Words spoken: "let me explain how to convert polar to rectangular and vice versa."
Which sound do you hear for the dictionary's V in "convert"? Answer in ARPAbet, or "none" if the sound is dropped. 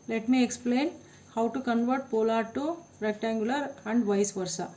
V